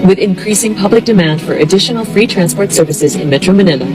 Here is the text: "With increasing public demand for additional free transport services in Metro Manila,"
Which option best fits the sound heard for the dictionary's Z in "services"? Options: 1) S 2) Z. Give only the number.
2